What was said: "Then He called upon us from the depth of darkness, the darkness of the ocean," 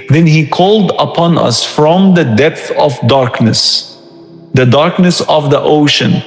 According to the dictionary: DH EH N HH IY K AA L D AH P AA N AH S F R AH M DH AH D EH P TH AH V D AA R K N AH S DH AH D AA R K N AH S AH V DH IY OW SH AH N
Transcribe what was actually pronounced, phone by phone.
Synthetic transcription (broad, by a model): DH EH N HH IY K AA L D AH P AA N AH S F R AH M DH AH D EH P TH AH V D AA R K N AH S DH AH D AA R K N AH S AH V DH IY OW SH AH N